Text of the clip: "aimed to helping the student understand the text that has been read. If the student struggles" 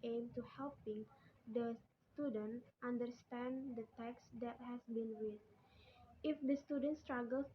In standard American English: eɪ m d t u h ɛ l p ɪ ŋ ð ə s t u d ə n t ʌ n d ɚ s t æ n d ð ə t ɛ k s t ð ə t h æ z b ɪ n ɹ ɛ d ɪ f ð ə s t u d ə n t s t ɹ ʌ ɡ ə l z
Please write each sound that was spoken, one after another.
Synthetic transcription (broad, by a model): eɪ m t u h ɛ l p ɪ ŋ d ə s t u d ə n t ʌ n d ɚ s t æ n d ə t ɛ k s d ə t h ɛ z b ɪ n w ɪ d ɪ f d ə s t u d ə n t s t ɹ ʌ ɡ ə l